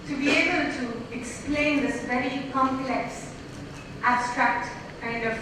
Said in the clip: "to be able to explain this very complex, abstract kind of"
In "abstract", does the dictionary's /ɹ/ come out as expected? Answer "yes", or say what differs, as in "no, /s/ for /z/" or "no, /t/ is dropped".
yes